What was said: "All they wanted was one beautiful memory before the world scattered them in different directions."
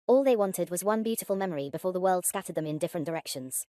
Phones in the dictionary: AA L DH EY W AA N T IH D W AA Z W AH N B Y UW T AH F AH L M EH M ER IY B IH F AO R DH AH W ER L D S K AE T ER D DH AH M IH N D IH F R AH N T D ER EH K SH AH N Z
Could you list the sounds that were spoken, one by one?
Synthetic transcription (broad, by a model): AA L DH EY W AA N T IH D W AA Z W AH N B Y UW T AH F AH L M EH M ER IY B IH F AO DH AH W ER L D S K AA T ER D DH AH M IH N D IH F R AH N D ER EH K SH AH N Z